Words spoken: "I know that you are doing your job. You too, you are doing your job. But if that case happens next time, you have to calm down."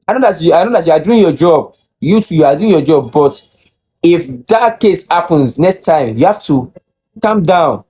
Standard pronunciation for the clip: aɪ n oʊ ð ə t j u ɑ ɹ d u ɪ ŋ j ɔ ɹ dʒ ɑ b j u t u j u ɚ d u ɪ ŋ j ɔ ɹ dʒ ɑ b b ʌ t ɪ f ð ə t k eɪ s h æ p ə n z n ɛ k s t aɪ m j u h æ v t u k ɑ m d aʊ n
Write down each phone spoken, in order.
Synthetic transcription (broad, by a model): aɪ n oʊ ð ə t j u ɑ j d u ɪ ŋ j ɔ dʒ ɑ b j u t u j u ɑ d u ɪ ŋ j ɔ dʒ ɑ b b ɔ t ɪ f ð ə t k eɪ s h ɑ p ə n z n ɛ k s t aɪ m j u h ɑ f t u k ɑ m d aʊ n